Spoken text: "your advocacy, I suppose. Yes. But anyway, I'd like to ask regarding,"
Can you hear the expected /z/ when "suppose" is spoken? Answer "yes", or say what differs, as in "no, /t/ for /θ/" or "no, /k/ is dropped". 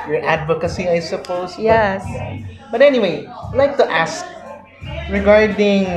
no, /s/ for /z/